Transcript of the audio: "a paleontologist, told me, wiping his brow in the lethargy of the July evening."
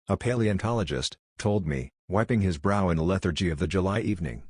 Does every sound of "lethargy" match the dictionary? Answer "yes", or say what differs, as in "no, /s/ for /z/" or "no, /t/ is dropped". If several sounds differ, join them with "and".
yes